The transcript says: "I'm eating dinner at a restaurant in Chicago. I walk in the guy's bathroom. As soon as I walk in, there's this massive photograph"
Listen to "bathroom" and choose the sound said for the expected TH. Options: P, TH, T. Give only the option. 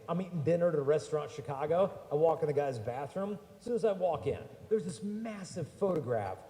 TH